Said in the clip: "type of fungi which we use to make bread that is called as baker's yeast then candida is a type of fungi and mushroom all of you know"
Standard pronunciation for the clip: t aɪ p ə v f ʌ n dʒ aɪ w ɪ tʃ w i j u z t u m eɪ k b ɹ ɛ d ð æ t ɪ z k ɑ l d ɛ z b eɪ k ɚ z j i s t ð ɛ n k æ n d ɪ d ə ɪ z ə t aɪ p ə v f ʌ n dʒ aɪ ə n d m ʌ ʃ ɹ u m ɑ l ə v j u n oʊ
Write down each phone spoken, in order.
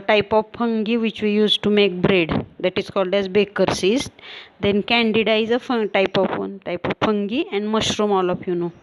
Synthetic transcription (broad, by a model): t aɪ p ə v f ʌ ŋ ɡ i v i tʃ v i j u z t u m eɪ k b ɹ ɛ d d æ t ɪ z k ɑ l d ɛ z b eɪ k ɚ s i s t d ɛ n k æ n d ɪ d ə ɪ z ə t aɪ p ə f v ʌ n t aɪ ə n d m ʌ ʃ ɹ u m ɑ l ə f j u n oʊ